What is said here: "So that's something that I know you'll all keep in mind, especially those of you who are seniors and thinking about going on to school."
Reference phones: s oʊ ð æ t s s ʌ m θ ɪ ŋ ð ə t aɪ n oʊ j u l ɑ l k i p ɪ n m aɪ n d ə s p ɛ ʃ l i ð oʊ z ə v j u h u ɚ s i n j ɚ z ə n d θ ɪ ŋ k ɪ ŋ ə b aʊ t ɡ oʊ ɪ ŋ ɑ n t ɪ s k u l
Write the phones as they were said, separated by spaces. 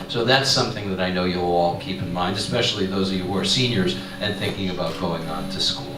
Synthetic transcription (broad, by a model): s oʊ ð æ t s s ʌ m θ ɪ ŋ ð ə t aɪ n oʊ j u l ɑ l k i p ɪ n m aɪ n d ə s p ɛ ʃ l i ð oʊ z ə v j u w ɚ s i n j ɚ z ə n θ ɪ ŋ k ɪ ŋ ə b aʊ t ɡ oʊ ɪ ŋ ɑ n t ɪ s k u l